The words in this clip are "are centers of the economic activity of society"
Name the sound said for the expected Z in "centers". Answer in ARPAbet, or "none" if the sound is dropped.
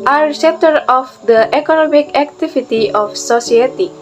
none